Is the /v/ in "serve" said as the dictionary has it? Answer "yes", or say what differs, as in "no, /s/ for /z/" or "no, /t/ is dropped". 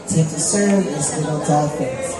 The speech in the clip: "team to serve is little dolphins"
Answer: no, /v/ is dropped